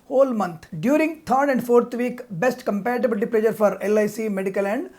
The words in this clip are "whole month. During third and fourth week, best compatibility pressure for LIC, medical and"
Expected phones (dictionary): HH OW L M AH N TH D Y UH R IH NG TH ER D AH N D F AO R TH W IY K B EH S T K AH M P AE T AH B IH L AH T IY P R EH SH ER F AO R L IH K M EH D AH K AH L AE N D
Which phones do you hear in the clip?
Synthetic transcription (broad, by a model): HH OW L M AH N T D Y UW R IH NG T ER D AH N D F AO R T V IY K B EH S T K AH M P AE T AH B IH L T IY P L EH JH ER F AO R L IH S M EH D AH K AH L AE N D